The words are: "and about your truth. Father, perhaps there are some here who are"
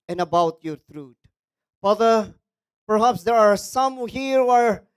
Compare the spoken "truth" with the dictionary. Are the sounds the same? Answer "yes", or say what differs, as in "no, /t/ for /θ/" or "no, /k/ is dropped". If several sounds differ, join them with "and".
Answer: no, /t/ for /θ/